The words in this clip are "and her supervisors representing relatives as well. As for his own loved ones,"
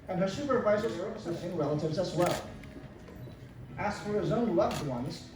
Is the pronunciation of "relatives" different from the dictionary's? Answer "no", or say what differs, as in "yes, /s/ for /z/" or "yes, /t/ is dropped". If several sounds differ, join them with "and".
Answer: no